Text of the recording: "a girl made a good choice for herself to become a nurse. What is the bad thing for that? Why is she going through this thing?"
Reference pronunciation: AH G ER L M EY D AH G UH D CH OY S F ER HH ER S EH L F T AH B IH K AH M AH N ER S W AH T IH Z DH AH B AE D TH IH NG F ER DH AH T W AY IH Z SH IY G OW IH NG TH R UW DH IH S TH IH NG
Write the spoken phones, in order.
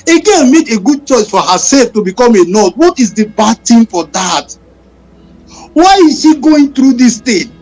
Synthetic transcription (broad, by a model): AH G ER N M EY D AH G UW D CH OY S F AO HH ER S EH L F T AH B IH K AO M AH N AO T W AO T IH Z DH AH B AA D T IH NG F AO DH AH T W AY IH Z SH IY G OW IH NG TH R UW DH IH S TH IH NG